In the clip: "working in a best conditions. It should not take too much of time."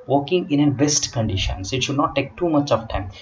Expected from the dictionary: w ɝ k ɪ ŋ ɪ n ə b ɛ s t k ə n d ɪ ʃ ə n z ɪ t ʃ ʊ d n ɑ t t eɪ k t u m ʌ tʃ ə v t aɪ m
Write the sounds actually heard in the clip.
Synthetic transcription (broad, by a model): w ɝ k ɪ ŋ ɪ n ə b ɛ s t k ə n d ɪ ʃ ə n s ɪ t ʃ ʊ d n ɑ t t eɪ k t u m ʌ tʃ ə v t aɪ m